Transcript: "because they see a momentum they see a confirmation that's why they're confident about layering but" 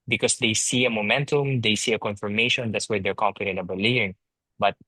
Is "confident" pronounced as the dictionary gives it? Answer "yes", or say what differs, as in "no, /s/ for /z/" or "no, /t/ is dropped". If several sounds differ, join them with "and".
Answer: no, /t/ is dropped